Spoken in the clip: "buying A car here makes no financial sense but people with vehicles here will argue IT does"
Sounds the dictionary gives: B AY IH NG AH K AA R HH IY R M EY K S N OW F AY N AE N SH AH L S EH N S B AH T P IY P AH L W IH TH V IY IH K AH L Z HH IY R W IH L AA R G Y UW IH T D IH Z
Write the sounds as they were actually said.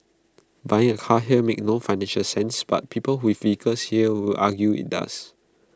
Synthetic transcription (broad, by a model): B AY IH NG AH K AA HH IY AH M EY K N OW F AY N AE N SH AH L S EH N S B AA T P IY P AH L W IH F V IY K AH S HH IY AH W IH L AA G Y UW IH T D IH S